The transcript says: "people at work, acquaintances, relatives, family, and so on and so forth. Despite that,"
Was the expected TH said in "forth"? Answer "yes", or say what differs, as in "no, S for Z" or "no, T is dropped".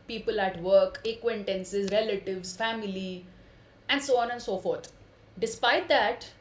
no, T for TH